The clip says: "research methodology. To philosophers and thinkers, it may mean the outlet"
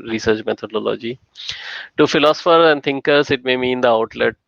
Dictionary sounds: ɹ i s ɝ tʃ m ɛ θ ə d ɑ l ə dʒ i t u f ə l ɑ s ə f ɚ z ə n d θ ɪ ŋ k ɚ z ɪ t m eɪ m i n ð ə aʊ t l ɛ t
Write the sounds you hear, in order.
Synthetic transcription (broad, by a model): ɹ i s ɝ tʃ m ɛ t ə d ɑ l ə dʒ i t u f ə l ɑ s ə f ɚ ə n d t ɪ ŋ k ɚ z ɪ t m eɪ m i n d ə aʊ t l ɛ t